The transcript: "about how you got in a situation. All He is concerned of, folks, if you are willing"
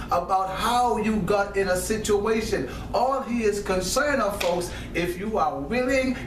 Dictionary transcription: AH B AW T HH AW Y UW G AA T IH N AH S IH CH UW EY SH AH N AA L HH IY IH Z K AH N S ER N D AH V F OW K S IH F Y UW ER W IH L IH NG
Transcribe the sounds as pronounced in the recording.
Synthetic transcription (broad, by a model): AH B AW T HH AW Y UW G AA T IH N AH S IH CH UW EY SH AH N AA L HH IY IH Z K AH N S ER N AH V F OW K S IH F Y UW ER W IH L IH NG